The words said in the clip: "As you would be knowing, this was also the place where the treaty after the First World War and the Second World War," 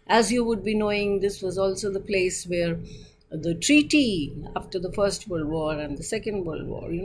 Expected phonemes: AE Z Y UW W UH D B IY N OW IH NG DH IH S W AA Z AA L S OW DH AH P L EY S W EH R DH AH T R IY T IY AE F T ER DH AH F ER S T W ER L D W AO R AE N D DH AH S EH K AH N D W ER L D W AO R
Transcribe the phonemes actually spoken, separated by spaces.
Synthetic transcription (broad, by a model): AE Z Y UW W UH D B IY N OW IH NG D IH S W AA Z AA L S OW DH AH P L EY S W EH R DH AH T R IY T IY AE F T ER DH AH F ER S T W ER L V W AO R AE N D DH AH S EH K AH N D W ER L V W AO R